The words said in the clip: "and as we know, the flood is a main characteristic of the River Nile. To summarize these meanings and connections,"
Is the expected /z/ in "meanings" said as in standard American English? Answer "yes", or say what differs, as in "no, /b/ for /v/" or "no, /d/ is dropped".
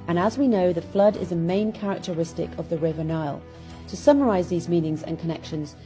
yes